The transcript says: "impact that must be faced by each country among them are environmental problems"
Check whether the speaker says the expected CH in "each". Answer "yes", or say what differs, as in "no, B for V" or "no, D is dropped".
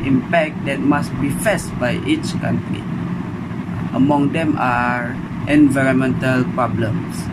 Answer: yes